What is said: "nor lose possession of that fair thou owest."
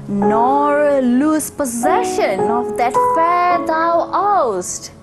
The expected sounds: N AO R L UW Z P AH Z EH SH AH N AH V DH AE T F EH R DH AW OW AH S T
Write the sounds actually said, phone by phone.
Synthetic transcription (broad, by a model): N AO R L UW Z P AH Z EH SH AH N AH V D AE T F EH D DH AW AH S T